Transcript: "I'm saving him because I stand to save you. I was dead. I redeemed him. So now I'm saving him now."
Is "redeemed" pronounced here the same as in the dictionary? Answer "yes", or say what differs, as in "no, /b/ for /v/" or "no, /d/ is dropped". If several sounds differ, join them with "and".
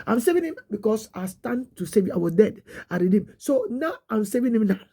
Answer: no, /m/ is dropped